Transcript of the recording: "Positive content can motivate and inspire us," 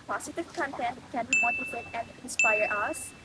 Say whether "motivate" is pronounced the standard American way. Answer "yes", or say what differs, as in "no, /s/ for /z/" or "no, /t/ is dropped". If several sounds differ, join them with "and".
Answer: no, /f/ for /v/